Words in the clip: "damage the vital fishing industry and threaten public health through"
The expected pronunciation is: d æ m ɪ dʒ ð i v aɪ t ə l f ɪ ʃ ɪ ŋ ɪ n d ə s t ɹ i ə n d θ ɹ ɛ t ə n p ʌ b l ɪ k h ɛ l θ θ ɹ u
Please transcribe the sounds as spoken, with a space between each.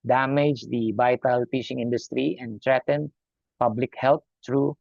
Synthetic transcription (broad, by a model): d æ m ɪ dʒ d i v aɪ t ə l p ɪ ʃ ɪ ŋ ɪ n d ə s t ɹ i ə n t ɹ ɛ t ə n p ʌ b l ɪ k h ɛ l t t ɹ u